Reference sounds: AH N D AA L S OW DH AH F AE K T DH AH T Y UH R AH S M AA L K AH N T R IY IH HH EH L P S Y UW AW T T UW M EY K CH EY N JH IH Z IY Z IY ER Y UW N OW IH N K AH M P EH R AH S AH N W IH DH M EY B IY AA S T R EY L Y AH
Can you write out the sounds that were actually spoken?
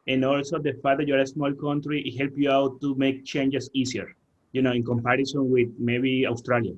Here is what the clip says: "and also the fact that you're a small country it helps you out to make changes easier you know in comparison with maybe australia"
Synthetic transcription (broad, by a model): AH N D AA L S OW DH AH F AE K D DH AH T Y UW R AH S M AA L K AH N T R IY IH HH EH L P Y UW AW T T UW M EY K CH EY N JH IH S IY S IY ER Y UW N OW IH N K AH M P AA R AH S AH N W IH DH M EY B IY AA S T R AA L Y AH